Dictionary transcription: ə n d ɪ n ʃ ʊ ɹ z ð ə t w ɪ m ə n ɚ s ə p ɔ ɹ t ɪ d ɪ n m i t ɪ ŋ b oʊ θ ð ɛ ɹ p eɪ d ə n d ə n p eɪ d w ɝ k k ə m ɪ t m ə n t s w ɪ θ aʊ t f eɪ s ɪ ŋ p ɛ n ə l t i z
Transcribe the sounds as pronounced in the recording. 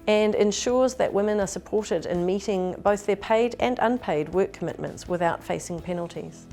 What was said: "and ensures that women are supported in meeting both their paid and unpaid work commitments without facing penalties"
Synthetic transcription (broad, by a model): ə n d ɪ n ʃ ʊ ɹ z ð ə t w ɪ m ə n ɚ s ə p ɔ ɹ t ɪ d ɪ n m i t ɪ ŋ b oʊ θ ð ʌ ɹ p eɪ d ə n ə n p eɪ d w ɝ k k ə m ɪ t m ə n t s w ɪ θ aʊ t f eɪ s ɪ ŋ p ɛ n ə l t i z